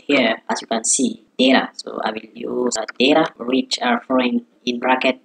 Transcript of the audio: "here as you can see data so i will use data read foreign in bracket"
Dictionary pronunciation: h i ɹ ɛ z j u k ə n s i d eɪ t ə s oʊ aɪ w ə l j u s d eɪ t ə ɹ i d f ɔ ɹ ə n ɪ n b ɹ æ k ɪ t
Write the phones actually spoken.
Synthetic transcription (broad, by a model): h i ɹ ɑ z j u k ə n s i d eɪ t ə s oʊ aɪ w ə l j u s d eɪ t ə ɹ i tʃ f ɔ ə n ɪ n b ɹ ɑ k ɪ t